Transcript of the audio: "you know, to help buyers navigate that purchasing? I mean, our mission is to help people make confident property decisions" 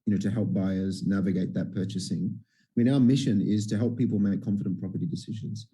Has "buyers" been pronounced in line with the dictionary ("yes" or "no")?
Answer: yes